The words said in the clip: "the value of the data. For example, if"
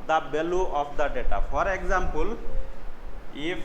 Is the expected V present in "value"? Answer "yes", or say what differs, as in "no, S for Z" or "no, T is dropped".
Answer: no, B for V